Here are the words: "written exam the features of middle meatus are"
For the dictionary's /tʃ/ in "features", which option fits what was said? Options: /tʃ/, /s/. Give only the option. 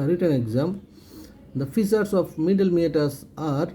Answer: /s/